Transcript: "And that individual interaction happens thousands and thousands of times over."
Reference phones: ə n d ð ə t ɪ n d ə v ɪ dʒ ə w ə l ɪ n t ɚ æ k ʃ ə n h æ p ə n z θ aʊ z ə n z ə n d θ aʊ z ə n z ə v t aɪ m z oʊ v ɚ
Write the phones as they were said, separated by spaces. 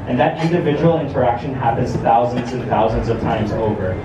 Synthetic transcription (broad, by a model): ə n ð ə t ɪ n d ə v ɪ dʒ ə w l ɪ n t ɚ æ k ʃ ə n h æ p ə n z θ aʊ z ə n z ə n θ aʊ z ə n z ə v t aɪ m z oʊ v ɚ